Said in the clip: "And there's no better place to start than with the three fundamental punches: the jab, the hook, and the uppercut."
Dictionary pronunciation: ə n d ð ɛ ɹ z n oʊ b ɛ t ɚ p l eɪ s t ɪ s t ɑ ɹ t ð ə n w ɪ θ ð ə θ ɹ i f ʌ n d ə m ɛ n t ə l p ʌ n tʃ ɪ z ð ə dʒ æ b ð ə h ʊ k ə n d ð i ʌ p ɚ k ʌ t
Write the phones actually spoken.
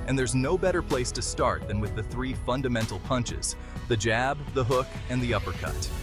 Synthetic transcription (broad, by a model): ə n ð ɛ ɹ z n oʊ b ɛ t ɚ p l eɪ s t ɪ s t ɑ ɹ t ð ə n w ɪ ð ə θ ɹ i f ʌ n d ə m ɛ n t l p ʌ n tʃ ɪ z ð ə dʒ æ b ð ə h ʊ k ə n ð i ʌ p ɚ k ʌ t